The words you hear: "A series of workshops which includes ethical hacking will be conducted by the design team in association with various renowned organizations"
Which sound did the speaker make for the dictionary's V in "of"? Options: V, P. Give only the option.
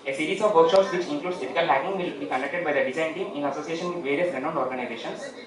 V